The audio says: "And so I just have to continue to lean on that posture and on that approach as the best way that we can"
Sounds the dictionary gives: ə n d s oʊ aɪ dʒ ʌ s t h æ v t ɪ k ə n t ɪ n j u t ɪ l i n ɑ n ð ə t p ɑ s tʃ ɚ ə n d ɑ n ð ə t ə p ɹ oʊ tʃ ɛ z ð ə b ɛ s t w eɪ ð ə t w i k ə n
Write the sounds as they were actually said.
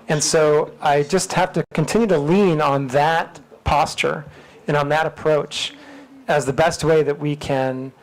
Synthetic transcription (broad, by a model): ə n s oʊ aɪ dʒ ʌ s t h æ f t ɪ k ə n t ɪ n j u t ɪ l i n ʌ n ð ə t p ɑ s tʃ ɚ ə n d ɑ n ð ə t ə p ɹ oʊ tʃ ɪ z ð ə b ɛ s t w eɪ ð ə t w i k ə n